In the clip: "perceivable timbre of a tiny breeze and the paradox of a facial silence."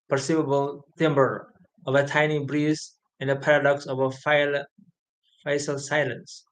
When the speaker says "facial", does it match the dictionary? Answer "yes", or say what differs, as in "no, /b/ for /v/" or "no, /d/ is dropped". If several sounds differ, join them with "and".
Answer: no, /s/ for /ʃ/